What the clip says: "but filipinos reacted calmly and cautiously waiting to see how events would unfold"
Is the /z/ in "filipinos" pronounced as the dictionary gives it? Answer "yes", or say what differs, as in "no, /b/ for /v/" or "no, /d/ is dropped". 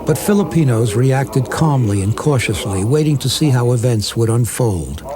yes